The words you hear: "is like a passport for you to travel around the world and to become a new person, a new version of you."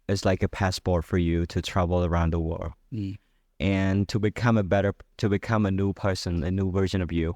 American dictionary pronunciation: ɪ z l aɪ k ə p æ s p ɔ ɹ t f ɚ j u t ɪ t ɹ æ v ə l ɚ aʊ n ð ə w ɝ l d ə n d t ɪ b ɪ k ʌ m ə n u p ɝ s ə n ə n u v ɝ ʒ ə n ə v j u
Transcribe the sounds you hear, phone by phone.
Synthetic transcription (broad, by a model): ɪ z l aɪ k ə p æ s p ɔ ɹ t f ɚ j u t ɪ t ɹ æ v l ɚ aʊ n ð ə w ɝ l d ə n d t ɪ b ɪ k ʌ m ə n u p ɝ s ə n ə n u v ɝ ʒ ə n ə v j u